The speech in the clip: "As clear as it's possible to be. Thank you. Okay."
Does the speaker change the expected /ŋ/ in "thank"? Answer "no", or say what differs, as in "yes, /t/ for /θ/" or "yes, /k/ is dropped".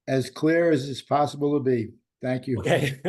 no